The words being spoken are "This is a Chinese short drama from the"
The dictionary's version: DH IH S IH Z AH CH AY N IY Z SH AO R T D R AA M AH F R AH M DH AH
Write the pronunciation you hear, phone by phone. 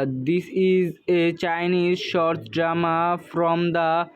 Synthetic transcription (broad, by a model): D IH S IH Z AH CH AY N IY Z SH AO R T D R AA M AH F R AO M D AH